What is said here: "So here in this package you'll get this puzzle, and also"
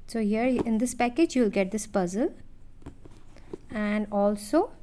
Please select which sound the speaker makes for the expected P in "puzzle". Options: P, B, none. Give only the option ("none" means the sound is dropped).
P